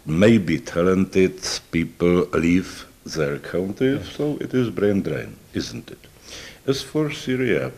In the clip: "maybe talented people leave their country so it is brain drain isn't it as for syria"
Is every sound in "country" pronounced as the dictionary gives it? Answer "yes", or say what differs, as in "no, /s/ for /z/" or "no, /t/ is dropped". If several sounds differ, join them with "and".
no, /ɹ/ is dropped